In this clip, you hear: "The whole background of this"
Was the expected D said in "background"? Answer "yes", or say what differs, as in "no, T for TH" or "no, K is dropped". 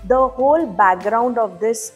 yes